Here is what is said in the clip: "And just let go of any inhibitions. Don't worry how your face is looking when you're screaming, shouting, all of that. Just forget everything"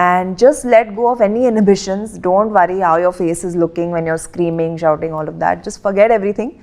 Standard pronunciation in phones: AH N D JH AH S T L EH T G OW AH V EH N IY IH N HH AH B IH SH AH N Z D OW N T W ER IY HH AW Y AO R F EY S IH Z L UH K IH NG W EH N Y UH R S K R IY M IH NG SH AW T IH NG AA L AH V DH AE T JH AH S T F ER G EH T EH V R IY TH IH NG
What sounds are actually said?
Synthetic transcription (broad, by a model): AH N D JH AH S T L EH T G OW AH F EH N IY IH N HH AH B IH SH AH N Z D OW N T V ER IY HH AW Y AO R F EY S IH Z L UH K IH NG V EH N Y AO R S K R IY M IH NG SH AW T IH NG AA L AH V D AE T JH AH S T F ER G EH T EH V R IY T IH NG